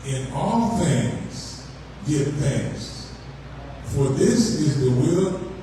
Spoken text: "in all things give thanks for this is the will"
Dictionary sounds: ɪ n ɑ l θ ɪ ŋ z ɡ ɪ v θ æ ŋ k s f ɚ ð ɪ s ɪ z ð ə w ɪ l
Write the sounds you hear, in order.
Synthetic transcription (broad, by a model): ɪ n ɑ l θ ɪ ŋ z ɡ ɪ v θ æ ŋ s f ɚ ð ɪ s ɪ z ð ə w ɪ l